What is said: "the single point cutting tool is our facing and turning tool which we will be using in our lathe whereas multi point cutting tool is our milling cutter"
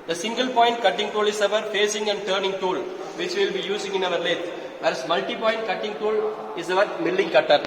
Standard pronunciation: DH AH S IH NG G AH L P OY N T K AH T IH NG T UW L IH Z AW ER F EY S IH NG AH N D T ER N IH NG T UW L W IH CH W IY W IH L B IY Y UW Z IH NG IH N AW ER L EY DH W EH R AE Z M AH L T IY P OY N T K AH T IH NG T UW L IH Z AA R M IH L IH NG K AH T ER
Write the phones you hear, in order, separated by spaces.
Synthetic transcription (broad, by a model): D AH S IH NG G AH L P OY N T K AH T IH NG T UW L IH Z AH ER F EY S IH NG AH N D T ER N IH NG T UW L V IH CH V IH L B IY Y UW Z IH NG IH N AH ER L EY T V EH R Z M AH L T IY P OY N T K AH T IH NG T UW L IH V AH R M IH L IH NG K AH T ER